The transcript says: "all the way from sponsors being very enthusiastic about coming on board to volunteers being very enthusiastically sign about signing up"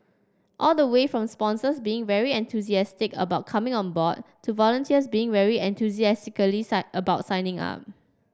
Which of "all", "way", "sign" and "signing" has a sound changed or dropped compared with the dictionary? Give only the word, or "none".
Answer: sign